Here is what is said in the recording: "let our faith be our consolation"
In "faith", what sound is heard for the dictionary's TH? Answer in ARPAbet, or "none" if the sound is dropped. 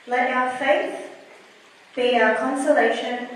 TH